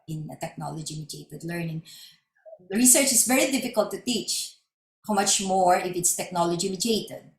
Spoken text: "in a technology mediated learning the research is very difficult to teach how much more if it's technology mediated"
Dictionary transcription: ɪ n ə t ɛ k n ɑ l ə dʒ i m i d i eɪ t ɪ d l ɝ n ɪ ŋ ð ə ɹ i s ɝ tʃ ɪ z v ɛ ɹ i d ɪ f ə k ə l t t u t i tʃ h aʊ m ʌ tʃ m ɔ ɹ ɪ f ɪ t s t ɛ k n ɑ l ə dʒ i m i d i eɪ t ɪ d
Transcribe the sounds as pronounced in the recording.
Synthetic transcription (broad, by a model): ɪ n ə t ɛ k n ɑ l ə dʒ i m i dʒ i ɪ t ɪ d l ɝ n ɪ ŋ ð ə ɹ i s ɝ tʃ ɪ s v ɛ ɹ i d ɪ f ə k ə l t t u t i tʃ h aʊ m ʌ tʃ m ɔ ɹ ɪ f ɪ t s t ɛ k n ɑ l ə dʒ i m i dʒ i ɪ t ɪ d